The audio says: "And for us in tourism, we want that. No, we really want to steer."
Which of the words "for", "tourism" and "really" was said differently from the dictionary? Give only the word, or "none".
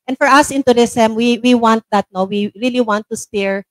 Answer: tourism